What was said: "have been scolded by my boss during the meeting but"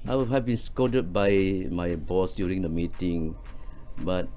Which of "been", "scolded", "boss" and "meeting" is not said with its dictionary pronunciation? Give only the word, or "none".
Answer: scolded